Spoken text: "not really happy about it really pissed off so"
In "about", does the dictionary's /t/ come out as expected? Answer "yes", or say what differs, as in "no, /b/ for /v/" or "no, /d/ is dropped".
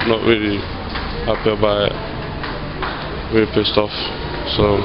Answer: no, /t/ is dropped